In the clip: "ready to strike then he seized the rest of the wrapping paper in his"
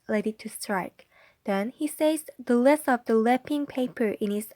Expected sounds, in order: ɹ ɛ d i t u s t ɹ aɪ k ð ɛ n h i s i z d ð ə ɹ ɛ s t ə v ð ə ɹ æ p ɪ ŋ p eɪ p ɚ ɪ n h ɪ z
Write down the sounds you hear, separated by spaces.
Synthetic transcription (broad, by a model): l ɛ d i t u s t ɹ aɪ k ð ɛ n h i s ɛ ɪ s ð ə l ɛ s ə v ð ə l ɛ p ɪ ŋ p eɪ p ɚ ɪ n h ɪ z